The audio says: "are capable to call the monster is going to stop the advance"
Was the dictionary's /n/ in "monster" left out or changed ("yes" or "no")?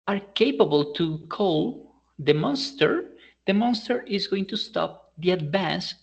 no